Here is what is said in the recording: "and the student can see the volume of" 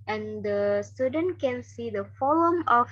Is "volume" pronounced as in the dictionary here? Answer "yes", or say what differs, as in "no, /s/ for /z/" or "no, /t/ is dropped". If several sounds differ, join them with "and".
no, /f/ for /v/